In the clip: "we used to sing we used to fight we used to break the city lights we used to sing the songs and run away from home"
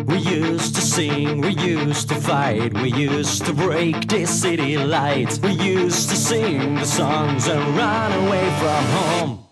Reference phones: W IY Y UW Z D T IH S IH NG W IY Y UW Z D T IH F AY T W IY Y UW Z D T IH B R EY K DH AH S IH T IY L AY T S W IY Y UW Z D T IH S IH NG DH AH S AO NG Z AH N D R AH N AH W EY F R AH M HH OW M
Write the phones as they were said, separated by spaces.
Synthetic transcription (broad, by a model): W IY Y UW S T IH S IH NG W IY Y UW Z T IH F AY T W IY Y UW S T IH B R EY K DH AH S IH T IY L AY T W IY Y UW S T IH S IH NG DH AH S AO NG Z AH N R AH N AH W EY F R AH M HH OW M